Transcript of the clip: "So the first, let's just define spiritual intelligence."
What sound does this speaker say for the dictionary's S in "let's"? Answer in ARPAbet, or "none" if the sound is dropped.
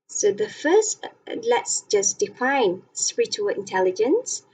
S